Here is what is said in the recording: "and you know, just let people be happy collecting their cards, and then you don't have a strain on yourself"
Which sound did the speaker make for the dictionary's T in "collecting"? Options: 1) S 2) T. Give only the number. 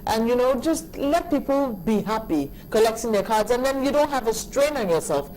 1